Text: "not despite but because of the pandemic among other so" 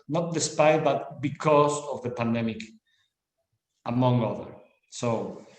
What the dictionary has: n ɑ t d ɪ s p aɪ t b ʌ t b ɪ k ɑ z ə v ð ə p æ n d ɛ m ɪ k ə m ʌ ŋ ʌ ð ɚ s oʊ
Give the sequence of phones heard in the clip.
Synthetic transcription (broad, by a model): n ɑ t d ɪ s p aɪ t b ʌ t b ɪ k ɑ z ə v ð ə p æ n d ɛ m ɪ k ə m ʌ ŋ ʌ ð ɚ s oʊ